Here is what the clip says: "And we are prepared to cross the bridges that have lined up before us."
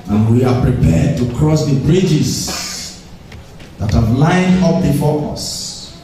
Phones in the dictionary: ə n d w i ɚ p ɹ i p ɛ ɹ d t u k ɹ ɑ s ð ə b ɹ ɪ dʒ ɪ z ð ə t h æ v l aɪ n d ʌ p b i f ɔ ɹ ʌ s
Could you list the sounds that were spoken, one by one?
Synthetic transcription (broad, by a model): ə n w i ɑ p ɹ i p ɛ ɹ d t u k ɹ ɑ s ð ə b ɹ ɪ dʒ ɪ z ð ə t h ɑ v l aɪ n d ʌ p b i f ɔ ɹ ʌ s